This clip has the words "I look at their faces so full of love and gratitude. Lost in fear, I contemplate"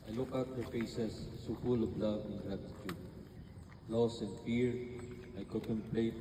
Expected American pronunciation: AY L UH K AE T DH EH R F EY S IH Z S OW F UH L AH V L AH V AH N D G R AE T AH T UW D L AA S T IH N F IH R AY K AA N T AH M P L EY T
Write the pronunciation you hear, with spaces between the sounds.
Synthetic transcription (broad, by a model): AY L UH K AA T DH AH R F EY S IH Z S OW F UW L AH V L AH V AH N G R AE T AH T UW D L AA S IH N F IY R AY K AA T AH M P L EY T